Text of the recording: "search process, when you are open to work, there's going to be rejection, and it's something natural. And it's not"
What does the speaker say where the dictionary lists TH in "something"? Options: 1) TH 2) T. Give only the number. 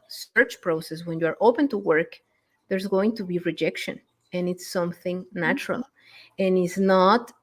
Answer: 1